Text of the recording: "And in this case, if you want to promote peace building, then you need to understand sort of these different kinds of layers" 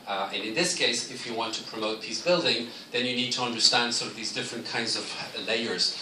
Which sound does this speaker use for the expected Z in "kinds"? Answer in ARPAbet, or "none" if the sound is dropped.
Z